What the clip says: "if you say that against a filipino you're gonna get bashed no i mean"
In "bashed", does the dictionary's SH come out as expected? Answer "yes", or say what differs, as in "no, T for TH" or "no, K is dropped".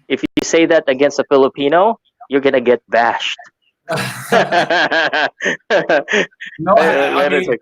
yes